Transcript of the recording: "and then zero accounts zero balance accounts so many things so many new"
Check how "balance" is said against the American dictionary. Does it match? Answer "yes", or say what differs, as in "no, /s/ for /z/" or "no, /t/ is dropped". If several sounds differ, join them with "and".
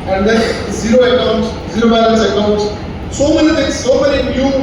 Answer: no, /n/ is dropped